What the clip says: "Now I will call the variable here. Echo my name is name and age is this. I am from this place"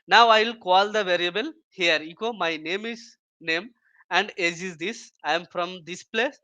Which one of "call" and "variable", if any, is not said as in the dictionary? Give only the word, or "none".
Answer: none